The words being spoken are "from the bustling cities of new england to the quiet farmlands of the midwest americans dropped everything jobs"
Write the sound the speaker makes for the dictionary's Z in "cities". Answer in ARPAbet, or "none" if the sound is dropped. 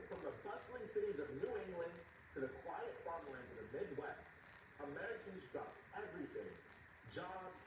Z